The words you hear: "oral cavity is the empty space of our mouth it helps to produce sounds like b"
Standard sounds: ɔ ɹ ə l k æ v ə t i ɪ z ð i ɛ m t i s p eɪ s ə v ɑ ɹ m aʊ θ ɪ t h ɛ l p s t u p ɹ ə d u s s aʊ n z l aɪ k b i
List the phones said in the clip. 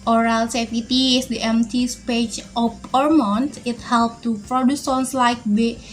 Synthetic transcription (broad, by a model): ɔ ɹ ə l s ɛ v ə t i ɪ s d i ɛ m t i s p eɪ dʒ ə p ɑ ɹ m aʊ t ɪ t h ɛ l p t u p ɹ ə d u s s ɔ n s l aɪ k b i